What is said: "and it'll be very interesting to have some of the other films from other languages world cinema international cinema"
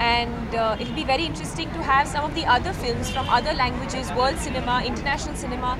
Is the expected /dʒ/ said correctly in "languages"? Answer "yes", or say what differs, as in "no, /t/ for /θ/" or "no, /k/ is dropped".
yes